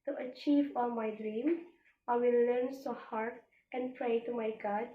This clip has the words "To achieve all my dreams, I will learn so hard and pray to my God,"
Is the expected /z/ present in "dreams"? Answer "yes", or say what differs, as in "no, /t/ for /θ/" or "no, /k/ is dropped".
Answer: no, /z/ is dropped